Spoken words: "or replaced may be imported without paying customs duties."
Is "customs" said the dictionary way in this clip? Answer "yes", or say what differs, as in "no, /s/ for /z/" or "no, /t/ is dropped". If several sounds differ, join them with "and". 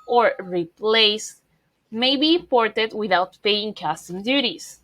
no, /z/ is dropped